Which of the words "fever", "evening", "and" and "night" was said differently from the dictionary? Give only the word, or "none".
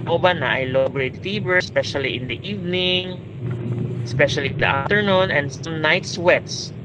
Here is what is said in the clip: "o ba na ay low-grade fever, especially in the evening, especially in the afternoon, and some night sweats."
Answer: fever